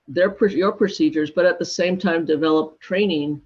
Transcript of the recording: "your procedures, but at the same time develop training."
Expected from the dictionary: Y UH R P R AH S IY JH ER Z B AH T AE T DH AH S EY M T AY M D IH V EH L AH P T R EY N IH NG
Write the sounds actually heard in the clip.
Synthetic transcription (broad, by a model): Y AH R P R AH S IY JH ER Z B AH T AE T DH AH S EY M T AY M D IH V EH L AH P T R EY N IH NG